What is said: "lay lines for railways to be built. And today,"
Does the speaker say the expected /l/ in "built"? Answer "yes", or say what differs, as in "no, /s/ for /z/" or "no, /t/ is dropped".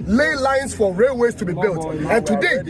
yes